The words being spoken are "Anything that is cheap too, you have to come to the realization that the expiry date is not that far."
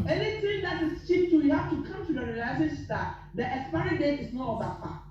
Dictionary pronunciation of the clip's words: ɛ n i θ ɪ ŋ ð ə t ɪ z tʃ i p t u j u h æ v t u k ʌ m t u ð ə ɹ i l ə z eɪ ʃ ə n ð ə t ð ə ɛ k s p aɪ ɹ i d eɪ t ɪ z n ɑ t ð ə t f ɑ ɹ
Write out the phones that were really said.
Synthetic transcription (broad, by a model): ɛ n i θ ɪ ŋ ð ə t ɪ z tʃ i p t u j u h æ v t u k ʌ m t u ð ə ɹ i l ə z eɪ ə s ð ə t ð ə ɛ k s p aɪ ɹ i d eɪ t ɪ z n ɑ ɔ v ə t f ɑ